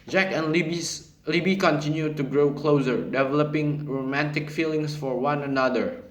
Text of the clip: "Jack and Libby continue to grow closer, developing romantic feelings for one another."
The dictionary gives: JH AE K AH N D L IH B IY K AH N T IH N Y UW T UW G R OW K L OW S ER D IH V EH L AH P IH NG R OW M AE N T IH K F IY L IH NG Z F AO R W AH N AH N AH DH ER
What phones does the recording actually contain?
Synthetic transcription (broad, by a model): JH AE K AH N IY L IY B IY K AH N T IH N Y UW T UW G R OW K L OW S ER D IH V EH L AH P IH NG R OW M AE N T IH K F IY L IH NG S F AO R W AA N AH N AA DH ER